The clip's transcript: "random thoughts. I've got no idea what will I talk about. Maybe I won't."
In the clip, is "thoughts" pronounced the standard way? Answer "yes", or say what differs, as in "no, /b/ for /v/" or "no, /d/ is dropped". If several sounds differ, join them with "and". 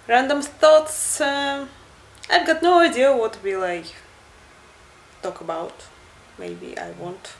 no, /t/ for /θ/